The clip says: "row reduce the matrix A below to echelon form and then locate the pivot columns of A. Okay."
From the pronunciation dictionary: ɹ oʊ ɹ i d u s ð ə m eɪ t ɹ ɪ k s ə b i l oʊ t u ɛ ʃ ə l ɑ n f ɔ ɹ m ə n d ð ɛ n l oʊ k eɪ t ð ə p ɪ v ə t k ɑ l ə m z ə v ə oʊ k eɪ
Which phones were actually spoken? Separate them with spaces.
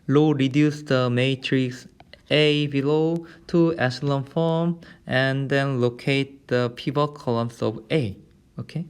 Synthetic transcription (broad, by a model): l oʊ ɹ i d u s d ə m eɪ t ɹ ɪ k s ə b i l oʊ t u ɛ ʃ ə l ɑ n f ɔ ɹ m ə n d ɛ n l oʊ k eɪ t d ə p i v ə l k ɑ l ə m s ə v ə oʊ k eɪ